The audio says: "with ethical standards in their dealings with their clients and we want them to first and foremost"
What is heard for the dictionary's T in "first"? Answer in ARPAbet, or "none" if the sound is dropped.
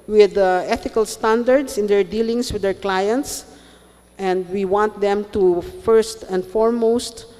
T